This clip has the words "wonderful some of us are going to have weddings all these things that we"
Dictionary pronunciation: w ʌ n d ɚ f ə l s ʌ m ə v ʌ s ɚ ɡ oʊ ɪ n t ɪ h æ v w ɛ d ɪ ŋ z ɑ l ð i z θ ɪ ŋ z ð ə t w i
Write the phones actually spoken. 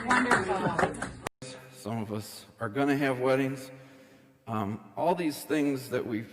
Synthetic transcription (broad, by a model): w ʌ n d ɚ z s ʌ m ə v ʌ s ɚ ɡ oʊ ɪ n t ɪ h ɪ v w ɛ d ɪ ŋ z ɑ l ð i z θ ɪ ŋ z ð ə t w i